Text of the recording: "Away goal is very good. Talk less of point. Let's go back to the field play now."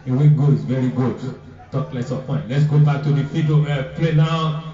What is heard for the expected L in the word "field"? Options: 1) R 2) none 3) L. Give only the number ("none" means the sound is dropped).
2